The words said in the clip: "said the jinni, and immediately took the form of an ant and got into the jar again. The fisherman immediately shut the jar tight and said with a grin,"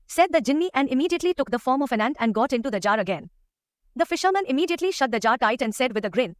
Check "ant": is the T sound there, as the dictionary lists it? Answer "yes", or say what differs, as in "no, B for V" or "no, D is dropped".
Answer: yes